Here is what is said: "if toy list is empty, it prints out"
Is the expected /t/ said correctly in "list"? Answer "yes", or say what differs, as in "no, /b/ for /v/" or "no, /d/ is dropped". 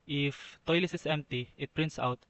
no, /t/ is dropped